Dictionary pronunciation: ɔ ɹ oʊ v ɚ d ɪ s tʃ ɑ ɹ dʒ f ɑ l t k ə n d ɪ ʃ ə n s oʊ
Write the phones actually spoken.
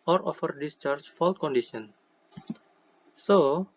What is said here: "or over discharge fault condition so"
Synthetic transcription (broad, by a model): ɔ ɹ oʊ f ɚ d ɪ s tʃ ɑ ɹ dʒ f ɑ l t k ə n d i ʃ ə n s oʊ